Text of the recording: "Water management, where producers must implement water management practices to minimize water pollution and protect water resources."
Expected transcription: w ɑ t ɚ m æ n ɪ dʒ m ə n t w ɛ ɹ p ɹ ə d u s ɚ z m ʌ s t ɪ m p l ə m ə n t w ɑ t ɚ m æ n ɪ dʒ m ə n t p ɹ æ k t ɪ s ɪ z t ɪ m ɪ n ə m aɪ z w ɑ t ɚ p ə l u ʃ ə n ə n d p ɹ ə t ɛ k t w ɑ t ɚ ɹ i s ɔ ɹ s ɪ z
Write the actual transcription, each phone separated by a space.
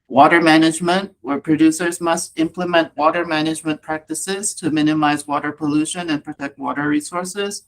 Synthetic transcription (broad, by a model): w ɑ t ɚ m æ n ɪ dʒ m ə n t w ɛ ɹ p ɹ ə d u s ɚ z m ʌ s t ɪ m p l ə m ə n t w ɑ t ɚ m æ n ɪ dʒ m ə n p ɹ æ k t ɪ s ɪ z t ɪ m ɪ n ə m aɪ z w ɑ t ɚ p ə l u ʃ ə n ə n p ɹ ə t ɛ k t w ɑ t ɚ ɹ i s ɔ ɹ s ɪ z